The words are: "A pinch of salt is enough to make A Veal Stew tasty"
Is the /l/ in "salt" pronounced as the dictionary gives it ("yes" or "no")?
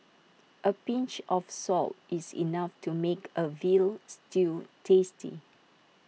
yes